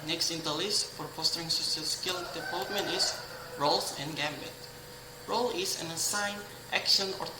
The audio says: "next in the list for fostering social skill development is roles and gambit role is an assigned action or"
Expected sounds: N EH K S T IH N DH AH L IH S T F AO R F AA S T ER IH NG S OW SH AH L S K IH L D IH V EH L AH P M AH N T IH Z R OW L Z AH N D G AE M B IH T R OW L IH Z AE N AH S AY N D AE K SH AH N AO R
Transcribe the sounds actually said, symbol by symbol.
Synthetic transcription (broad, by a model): N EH K S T IH N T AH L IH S F AO R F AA S T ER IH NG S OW S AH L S K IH L D IH V EH L AH P M AH N T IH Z R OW L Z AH N G AE M B IH T R OW L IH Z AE N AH S AY N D AE K SH AH N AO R